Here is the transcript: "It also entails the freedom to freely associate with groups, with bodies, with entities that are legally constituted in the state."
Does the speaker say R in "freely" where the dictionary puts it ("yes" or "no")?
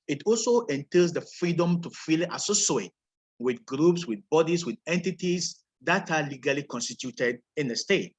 no